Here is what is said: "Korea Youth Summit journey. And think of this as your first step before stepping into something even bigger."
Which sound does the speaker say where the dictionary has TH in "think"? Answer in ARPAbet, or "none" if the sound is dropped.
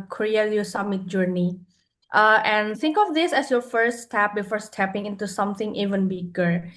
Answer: T